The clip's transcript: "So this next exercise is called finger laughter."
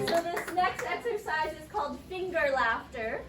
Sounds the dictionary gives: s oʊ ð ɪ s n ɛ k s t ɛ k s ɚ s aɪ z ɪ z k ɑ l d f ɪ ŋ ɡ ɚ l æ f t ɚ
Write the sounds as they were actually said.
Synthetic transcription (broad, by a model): s oʊ ð ɪ s n ɛ k s t ɛ k s ɚ s aɪ z ɪ z k ɑ l d f ɪ ŋ ɡ ɚ l æ f t ɚ